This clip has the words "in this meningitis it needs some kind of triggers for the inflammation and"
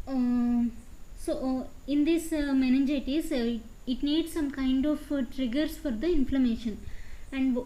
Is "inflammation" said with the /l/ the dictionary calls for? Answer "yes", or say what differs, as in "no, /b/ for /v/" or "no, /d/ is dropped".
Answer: yes